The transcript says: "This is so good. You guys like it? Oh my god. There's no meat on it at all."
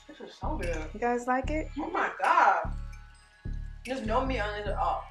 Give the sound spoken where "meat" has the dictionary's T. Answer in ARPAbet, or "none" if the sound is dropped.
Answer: none